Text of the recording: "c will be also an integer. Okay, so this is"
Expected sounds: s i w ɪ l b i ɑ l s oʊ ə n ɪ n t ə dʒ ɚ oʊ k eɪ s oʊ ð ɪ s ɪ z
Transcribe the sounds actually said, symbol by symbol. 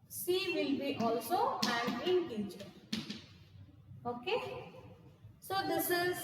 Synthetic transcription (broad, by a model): s i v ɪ l b i ɑ l s oʊ ə n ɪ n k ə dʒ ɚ oʊ k eɪ s oʊ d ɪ s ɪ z